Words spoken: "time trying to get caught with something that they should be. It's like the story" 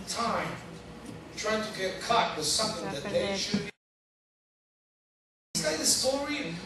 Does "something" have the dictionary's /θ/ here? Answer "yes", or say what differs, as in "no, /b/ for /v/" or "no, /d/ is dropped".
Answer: yes